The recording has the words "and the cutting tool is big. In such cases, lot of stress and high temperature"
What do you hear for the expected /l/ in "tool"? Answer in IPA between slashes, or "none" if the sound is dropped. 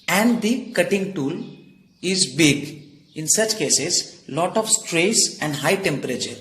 /l/